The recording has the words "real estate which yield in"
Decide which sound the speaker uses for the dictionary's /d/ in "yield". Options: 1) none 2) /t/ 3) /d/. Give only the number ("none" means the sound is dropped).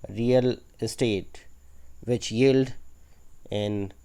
3